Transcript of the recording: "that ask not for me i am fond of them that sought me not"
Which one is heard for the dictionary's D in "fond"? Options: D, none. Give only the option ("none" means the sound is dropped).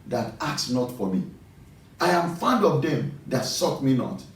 D